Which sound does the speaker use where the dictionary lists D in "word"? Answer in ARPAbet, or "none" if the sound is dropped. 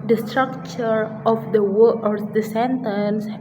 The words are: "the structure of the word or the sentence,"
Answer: none